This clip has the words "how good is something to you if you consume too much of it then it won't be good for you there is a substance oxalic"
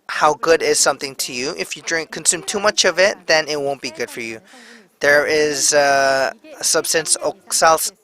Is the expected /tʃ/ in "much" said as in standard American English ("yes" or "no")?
yes